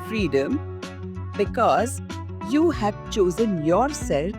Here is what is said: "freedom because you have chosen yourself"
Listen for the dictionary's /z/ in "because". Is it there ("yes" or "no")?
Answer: yes